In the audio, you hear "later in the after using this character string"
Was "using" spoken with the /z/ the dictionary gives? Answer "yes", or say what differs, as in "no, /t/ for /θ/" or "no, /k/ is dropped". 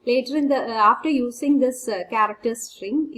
no, /s/ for /z/